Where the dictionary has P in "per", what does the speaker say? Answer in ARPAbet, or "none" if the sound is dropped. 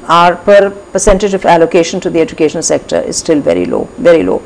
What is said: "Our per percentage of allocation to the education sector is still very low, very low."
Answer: P